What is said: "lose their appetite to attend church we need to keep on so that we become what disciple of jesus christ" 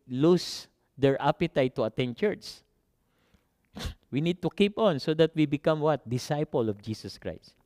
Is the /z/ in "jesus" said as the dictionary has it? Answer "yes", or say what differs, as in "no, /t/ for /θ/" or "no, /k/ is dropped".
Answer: no, /s/ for /z/